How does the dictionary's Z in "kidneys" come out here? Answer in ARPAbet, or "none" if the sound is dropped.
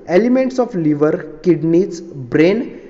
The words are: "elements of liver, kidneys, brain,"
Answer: S